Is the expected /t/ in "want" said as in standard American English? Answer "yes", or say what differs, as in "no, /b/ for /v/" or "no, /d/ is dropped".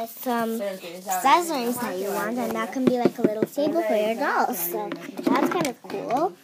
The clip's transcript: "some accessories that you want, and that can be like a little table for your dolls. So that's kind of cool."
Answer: yes